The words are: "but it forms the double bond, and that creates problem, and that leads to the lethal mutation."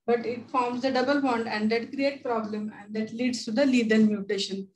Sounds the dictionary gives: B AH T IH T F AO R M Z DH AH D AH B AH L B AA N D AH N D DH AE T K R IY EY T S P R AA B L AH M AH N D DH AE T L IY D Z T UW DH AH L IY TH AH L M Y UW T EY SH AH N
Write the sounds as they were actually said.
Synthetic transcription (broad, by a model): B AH T IH T F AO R M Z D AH D AH B AH L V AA N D AH N D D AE T K R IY EY T P R AA B L AH M AH N D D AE T L IY D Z T UW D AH L IY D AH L M Y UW T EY SH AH N